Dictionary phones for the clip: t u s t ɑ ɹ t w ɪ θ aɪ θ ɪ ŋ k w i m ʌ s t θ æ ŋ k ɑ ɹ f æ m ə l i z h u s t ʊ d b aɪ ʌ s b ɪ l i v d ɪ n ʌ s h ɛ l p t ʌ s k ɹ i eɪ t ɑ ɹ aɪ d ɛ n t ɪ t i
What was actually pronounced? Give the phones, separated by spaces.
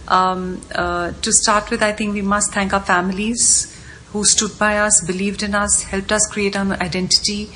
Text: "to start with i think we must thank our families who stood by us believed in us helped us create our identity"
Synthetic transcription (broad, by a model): t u s t ɑ ɹ t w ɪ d aɪ t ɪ ŋ k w i m ʌ s t t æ ŋ k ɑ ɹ f æ m ə l i z h u s t ʊ d b aɪ ʌ s b ɪ l i v d ɪ n ʌ s h ɛ l p t ʌ s k ɹ i eɪ t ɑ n aɪ d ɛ n t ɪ t i